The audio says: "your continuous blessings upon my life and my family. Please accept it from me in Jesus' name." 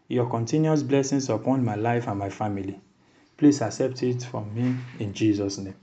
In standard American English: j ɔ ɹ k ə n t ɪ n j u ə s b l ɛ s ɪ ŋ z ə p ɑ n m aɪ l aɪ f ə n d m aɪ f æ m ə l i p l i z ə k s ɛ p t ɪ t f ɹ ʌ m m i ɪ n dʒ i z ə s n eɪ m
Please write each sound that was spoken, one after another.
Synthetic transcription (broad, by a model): j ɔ k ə n t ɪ n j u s b l ɛ s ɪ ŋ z ə p ɑ n m aɪ l aɪ f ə n m aɪ f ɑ m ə l i p l i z ə k s ɛ p t ɪ t f ɹ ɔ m m i ɪ n dʒ i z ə s n eɪ m